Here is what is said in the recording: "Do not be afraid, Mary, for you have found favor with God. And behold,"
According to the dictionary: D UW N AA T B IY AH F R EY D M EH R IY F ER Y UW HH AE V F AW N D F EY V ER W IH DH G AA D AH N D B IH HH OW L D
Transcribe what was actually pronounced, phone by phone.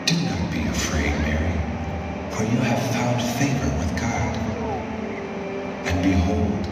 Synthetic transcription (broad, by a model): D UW N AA T B IY AH F R EY D M EH R IY F ER Y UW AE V F AW N D F EY V ER W IH DH G AA D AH N B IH HH OW L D